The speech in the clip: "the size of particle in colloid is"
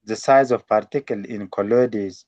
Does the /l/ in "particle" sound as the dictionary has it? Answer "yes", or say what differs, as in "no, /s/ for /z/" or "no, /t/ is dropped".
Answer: yes